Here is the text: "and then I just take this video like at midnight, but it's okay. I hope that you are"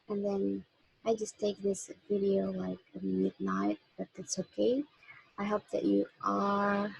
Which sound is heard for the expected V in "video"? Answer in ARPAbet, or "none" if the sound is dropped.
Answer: V